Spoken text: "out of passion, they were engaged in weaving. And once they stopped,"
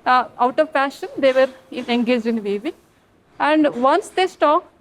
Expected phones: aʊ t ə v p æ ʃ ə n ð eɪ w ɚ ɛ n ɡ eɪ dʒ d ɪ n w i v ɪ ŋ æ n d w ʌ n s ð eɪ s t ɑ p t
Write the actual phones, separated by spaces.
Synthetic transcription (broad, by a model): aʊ t ə v f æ ʃ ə n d eɪ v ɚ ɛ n ɡ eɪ dʒ ɪ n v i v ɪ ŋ æ n d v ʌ n s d eɪ s t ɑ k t